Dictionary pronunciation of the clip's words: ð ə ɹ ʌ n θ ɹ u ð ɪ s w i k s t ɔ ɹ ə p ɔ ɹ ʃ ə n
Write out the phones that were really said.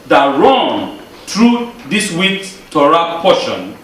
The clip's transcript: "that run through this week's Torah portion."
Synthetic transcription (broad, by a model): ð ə ɹ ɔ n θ ɹ u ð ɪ s w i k t ɔ ɹ ə p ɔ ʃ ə n